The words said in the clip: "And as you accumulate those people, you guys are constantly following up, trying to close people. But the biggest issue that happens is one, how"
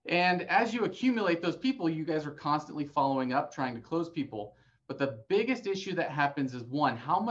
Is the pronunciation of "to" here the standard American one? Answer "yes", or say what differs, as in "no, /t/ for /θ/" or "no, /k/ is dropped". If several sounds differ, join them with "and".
yes